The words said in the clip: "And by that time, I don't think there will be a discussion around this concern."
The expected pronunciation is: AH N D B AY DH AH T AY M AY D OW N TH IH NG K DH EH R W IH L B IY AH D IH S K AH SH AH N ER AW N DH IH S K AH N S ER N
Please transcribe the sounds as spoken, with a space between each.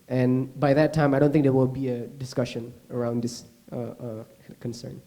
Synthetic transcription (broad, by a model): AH N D B AY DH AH T AY M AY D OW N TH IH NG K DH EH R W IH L B IY AH D IH S K AH SH AH N ER AW N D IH S K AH N S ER N